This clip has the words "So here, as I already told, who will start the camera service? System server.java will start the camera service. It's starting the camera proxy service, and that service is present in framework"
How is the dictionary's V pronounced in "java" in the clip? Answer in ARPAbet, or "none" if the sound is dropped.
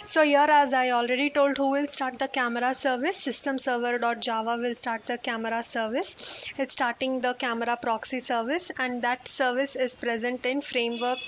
V